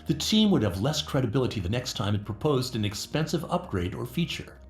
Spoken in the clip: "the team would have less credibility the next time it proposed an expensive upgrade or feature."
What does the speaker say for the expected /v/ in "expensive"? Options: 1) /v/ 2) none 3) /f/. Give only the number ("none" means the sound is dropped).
1